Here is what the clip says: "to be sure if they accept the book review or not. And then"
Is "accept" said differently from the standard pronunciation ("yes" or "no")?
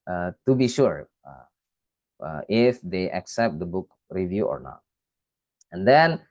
no